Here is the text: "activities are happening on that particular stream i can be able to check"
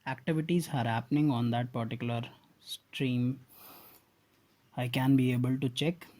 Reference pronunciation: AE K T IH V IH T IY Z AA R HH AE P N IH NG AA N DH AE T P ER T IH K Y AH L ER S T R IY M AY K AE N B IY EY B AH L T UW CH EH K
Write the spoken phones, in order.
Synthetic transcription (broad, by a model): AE K T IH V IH T IY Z AA R HH AE P N IH NG AA N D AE T P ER T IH K Y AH L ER S T R IY M AY K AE N B IY EY B AH L T UW CH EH K